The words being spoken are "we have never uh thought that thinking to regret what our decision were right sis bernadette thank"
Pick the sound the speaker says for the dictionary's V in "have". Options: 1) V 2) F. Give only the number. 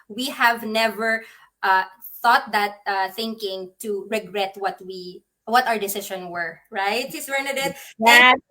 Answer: 1